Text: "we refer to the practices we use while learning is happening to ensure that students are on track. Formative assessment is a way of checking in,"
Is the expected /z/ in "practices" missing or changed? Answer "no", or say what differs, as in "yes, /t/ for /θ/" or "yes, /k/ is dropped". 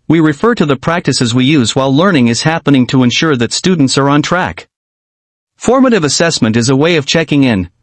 no